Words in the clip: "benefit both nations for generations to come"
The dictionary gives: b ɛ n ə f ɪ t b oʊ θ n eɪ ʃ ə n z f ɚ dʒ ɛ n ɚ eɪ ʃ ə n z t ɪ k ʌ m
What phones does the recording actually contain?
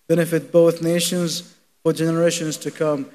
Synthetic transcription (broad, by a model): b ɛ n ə f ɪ t b oʊ θ n eɪ ʃ ə n z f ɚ dʒ ɛ n ɚ eɪ ʃ ə n z t ɪ k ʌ m